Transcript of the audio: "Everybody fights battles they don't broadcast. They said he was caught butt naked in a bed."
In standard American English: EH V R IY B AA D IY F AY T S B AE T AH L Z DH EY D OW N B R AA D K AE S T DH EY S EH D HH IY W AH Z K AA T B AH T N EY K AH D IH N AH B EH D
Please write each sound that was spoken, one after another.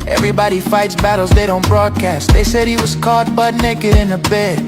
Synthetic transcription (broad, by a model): EH V R IY B AA D IY F AY T S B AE T L Z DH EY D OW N B R AA D K AE S T DH EY S EH D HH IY W AH Z K AA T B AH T N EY K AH D IH N AH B EH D